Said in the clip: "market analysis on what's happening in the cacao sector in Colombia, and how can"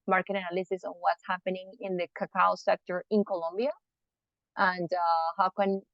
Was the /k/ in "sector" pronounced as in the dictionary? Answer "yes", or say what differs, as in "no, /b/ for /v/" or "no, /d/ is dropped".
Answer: yes